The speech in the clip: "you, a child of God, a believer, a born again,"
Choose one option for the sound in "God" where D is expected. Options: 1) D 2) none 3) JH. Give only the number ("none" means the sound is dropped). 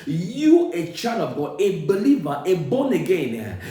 2